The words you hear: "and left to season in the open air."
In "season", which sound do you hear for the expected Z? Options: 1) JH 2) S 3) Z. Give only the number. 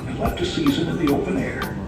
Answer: 3